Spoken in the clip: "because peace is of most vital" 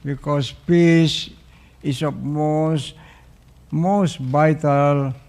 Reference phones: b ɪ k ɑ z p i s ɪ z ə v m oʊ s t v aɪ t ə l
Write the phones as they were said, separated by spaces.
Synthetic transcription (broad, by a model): b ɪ k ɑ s p i s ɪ s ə p m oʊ s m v aɪ t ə l